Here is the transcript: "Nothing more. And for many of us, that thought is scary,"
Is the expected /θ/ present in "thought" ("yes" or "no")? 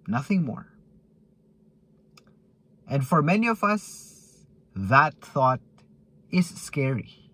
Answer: yes